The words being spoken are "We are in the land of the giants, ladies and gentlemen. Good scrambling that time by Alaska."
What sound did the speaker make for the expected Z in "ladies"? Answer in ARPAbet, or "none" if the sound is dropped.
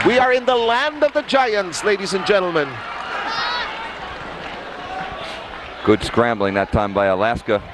Z